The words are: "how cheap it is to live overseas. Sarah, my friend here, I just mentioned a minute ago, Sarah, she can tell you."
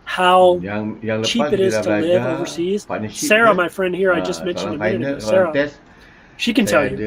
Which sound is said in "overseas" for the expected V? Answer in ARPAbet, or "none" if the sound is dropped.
V